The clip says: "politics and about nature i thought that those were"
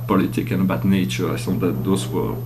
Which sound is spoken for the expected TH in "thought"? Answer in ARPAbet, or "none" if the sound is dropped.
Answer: S